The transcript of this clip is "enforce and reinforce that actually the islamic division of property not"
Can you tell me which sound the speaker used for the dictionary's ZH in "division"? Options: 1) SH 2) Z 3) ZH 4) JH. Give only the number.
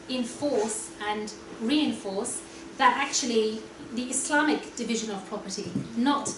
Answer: 3